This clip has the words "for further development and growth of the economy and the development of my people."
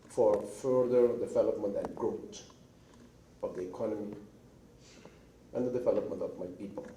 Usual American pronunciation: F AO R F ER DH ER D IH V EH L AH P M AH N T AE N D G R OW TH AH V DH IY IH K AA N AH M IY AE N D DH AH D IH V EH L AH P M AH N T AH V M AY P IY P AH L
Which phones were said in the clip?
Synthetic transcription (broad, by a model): F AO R F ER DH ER D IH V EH L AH P M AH N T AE N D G R OW T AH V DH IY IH K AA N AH M IY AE N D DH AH D IH V EH L AH P M AH N T AH V M AY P IY P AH L